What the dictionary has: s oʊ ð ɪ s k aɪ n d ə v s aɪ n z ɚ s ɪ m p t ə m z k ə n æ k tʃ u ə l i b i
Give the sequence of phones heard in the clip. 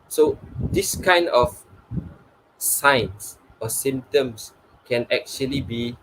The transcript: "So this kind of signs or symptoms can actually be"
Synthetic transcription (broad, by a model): s oʊ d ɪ s k aɪ n d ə f s aɪ n s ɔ s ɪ m t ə m s k ə n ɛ k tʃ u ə l i b i